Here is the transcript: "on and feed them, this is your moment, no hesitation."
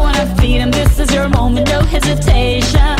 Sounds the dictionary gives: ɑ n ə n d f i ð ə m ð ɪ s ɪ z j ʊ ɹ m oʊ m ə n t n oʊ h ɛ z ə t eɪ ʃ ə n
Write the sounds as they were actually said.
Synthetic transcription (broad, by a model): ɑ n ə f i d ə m ð ɪ s ɪ z j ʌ ɹ m oʊ m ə n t n oʊ h ɛ z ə t eɪ ʃ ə n